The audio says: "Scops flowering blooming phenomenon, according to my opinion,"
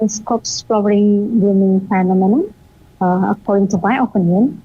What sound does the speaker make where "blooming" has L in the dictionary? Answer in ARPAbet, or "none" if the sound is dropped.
none